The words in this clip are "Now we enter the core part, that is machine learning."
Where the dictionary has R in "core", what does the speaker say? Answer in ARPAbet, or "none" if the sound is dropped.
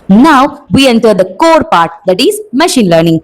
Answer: R